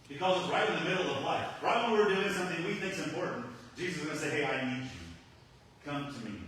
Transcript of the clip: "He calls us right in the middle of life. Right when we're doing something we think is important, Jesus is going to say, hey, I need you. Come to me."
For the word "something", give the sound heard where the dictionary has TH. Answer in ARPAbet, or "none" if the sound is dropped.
TH